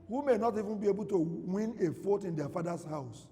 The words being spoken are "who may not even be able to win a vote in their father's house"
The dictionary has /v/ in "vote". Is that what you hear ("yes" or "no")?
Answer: no